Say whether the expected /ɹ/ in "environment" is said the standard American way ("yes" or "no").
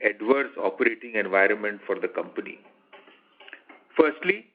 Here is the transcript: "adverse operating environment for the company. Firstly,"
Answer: yes